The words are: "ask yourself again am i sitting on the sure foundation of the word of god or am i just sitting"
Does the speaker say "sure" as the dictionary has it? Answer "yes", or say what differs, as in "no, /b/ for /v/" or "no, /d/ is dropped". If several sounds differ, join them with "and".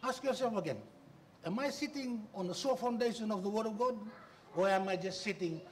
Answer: no, /s/ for /ʃ/